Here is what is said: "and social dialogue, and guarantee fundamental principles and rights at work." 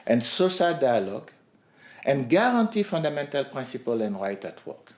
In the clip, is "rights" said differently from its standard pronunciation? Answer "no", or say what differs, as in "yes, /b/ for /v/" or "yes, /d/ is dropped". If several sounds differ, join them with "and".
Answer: yes, /s/ is dropped